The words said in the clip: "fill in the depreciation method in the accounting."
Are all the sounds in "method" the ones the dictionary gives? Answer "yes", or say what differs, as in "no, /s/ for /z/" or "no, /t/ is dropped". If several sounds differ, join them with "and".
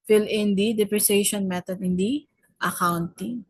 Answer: no, /t/ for /θ/